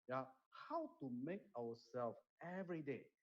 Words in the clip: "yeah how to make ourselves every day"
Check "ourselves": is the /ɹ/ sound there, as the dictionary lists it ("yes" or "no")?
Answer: no